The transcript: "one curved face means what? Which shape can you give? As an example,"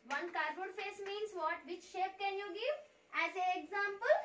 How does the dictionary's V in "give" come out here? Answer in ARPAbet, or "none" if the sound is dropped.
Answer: V